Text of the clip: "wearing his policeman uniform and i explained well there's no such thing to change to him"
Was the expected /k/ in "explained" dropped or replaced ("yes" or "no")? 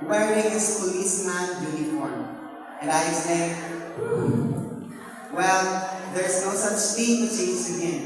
yes